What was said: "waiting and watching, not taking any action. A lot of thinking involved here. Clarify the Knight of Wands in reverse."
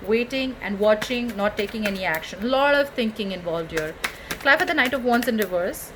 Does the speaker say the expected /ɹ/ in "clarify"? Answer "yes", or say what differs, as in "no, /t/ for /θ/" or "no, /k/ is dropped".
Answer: no, /ɹ/ is dropped